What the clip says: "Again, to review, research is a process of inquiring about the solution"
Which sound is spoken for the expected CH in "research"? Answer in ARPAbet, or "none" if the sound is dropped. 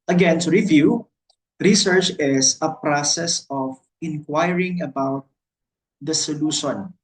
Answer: CH